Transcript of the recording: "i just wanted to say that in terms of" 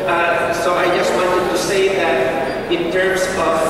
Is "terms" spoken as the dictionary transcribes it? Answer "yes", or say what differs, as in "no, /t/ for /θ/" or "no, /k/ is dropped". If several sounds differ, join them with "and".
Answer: no, /s/ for /z/